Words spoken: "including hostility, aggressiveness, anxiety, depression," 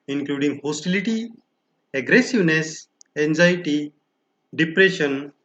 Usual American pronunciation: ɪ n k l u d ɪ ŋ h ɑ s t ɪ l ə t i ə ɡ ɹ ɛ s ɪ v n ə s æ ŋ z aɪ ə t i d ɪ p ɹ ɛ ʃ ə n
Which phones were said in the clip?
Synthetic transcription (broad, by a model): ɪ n k l u d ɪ ŋ h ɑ s t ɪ l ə t i ə ɡ ɹ ɛ s ɪ v n ə s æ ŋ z aɪ t i d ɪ p ɹ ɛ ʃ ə n